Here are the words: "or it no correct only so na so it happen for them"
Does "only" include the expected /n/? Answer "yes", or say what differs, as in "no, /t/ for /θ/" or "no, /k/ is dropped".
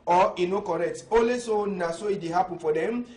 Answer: no, /n/ is dropped